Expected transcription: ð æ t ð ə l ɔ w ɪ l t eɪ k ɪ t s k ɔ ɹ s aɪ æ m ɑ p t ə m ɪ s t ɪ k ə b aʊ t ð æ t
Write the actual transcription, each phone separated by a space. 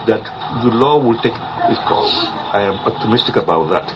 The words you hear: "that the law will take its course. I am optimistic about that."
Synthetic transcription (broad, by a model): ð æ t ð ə l ɔ w ɪ l t eɪ k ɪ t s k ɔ l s aɪ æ m ɑ p t ə m ɪ s t ɪ k ə b aʊ t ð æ t